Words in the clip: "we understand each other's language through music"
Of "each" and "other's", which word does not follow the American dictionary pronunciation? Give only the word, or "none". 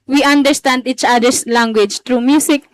other's